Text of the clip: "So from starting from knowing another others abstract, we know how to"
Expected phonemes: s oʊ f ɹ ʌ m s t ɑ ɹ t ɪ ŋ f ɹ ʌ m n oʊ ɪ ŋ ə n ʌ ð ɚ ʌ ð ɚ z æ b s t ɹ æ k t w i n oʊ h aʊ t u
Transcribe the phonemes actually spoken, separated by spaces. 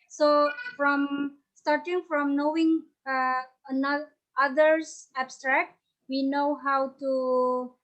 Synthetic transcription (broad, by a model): s oʊ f ɹ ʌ m s t ɑ ɹ t ɪ ŋ f ɹ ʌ m n oʊ ɪ ŋ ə n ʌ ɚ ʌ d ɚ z æ b s t ɹ æ k t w i n oʊ h aʊ t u